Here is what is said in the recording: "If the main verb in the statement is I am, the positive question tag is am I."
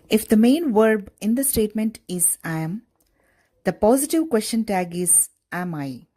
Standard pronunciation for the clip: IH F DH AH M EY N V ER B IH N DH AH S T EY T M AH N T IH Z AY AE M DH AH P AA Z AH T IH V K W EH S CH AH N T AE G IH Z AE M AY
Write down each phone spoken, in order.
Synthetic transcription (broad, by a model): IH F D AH M EY N V ER B IH N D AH S T EY T M AH N T IH Z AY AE M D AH P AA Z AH T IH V K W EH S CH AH N T AE G IH Z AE M AY